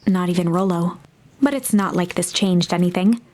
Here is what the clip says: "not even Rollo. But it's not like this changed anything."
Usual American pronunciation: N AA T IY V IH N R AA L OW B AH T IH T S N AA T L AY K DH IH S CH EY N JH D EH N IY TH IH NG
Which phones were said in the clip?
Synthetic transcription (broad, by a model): N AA T IY V IH N R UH L OW B AH T IH T S N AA T L AY K DH IH S CH EY N JH D EH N IY TH IH NG